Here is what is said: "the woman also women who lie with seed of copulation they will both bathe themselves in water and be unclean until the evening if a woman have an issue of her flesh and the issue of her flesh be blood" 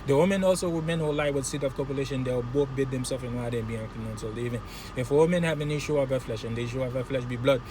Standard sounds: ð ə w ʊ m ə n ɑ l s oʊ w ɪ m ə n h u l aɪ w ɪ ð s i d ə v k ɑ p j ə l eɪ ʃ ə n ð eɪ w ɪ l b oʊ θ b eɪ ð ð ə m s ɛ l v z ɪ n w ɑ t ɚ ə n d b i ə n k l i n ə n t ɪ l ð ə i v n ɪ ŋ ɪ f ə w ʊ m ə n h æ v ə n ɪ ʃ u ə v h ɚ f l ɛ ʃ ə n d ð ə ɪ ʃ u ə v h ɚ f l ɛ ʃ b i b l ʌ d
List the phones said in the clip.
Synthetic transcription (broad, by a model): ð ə w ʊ m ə n ɑ l s oʊ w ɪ m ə n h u l aɪ w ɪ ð s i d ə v k ɑ p j ə l eɪ ʃ ə n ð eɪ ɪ w b oʊ θ b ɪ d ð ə m s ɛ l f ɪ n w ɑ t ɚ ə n b i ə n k i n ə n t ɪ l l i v ɪ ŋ ɪ f ə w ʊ m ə n h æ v ə n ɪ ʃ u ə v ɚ f l ɛ ʃ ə n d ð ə ɪ ʃ u ə v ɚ f l ɛ ʃ b i b l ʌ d